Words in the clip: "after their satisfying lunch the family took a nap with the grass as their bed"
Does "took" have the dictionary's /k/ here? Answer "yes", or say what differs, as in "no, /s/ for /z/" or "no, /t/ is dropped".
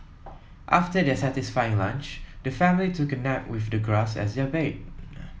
yes